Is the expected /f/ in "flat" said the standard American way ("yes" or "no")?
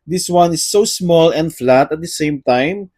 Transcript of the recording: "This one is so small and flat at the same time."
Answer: yes